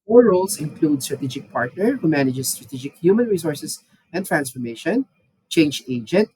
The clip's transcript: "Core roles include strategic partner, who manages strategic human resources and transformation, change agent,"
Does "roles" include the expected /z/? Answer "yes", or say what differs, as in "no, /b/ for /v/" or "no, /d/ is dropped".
no, /s/ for /z/